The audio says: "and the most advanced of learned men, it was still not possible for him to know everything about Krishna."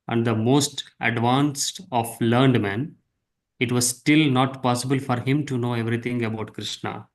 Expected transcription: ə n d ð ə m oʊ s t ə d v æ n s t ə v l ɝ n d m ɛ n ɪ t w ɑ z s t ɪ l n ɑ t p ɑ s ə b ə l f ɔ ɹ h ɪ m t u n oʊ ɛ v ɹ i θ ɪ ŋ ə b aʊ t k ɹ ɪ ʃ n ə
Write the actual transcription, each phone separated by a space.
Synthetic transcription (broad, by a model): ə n d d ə m oʊ s t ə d v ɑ n s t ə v l ɝ n d m ɛ n ɪ t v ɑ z s t ɪ l n ɑ t p ɑ s ə b ə l f ɔ ɹ h ɪ m t u n oʊ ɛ v ɹ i t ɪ ŋ ə b aʊ t k ɹ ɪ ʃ n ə